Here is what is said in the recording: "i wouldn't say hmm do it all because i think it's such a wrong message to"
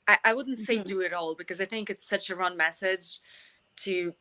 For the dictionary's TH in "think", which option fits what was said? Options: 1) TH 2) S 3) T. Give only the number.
1